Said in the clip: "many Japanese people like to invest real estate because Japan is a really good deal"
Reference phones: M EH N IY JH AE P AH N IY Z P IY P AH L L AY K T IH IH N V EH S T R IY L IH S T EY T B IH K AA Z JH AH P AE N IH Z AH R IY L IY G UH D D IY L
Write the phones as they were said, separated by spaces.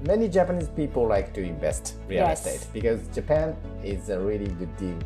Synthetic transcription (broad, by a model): M EH N IY JH AE P AH N IY Z P IY P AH L L AY K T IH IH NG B EH S T R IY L IH S T EY T B IH K AA Z JH AH P AE N IH Z AH R IY L IY G UH D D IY L